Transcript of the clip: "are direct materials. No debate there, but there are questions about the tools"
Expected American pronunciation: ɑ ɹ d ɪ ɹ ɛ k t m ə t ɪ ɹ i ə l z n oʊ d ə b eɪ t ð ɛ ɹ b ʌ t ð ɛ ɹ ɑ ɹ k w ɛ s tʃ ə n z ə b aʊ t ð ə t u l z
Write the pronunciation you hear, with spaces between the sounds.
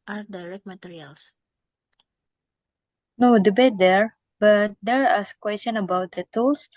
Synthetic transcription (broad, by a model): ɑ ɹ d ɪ ɹ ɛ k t m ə t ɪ ɹ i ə l s n oʊ d ə b eɪ t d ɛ ɹ b ʌ t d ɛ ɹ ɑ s k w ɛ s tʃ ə n ə b aʊ t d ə t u l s